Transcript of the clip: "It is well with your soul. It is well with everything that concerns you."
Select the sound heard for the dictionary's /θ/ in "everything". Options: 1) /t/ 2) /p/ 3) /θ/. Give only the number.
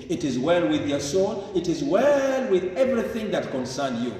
3